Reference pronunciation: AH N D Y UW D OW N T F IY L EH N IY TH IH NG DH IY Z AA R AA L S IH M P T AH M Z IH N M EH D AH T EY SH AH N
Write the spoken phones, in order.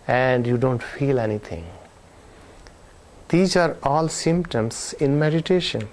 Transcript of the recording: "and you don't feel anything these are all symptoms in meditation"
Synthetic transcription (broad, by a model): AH N D Y UW D OW N T F IY L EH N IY T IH NG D IY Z AA R AA L S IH M P T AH M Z IH N M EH D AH T EY SH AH N